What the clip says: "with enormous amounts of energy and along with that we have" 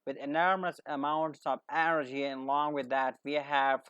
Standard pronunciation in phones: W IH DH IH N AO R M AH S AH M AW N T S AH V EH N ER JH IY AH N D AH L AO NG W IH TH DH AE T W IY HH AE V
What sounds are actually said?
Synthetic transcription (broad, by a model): W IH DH IH N AO R M AH S AH M AW N T S AH V EH N ER JH IY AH N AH L AO NG W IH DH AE T W IY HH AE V